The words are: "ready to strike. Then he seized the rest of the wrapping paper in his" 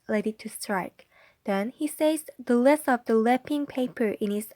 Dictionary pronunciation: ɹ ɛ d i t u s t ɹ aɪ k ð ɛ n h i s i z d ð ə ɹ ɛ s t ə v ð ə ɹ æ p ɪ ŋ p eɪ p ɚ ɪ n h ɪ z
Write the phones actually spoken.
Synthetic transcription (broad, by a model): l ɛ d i t u s t ɹ aɪ k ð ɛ n h i s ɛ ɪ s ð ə l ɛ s ə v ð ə l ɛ p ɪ ŋ p eɪ p ɚ ɪ n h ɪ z